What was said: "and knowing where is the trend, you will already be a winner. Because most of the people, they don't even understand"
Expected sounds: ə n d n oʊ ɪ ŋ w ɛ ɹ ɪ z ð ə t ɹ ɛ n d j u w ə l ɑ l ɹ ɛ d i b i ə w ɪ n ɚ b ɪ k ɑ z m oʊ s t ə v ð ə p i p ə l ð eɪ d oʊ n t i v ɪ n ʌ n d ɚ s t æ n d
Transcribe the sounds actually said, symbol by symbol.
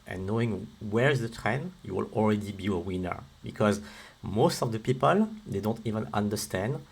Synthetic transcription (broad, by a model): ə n n oʊ ɪ ŋ w ɛ ɹ ɪ z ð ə t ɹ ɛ n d j u w ə l ɑ l ɹ ɛ d i b i ə w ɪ n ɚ b ɪ k ɑ z m oʊ s t ə v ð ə p i p ə l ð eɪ d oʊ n t i v ɪ n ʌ n d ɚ s t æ n d